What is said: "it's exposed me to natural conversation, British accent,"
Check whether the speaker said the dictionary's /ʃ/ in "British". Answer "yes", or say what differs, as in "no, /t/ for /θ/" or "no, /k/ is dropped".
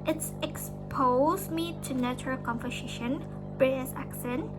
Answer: no, /s/ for /ʃ/